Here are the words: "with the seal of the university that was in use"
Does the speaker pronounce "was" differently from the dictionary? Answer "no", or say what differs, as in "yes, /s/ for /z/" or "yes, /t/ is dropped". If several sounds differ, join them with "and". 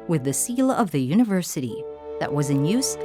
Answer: no